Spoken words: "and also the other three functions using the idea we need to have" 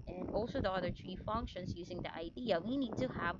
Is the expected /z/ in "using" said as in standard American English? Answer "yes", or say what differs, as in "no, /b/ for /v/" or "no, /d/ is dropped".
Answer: yes